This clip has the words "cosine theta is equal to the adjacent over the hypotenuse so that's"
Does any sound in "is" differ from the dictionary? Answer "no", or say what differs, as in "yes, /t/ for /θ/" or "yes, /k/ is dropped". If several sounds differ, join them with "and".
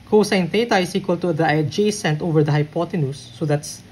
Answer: yes, /s/ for /z/